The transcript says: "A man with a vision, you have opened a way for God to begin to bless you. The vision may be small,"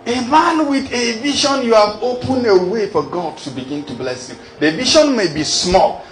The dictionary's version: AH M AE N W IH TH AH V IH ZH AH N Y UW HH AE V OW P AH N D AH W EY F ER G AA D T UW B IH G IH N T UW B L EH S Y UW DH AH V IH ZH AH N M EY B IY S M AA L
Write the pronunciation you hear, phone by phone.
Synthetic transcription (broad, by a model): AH M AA N W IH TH AH V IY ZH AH N Y UW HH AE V OW P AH N AH W EY F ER G AA D T UW B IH G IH N T UW B L EH S Y UW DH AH V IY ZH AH N M EY B IY S M AA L